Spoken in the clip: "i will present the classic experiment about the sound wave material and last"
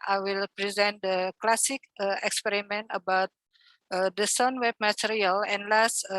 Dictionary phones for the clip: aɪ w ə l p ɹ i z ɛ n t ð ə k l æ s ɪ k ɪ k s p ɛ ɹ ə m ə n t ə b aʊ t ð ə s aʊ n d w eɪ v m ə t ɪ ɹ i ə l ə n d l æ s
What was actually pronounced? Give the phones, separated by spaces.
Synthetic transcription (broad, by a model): aɪ w ə l p ɹ i z ɛ n t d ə k l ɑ s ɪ k ɪ k s p ɛ ɹ ə m ə n t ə b aʊ t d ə s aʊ n w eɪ b m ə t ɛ ɹ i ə l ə n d l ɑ s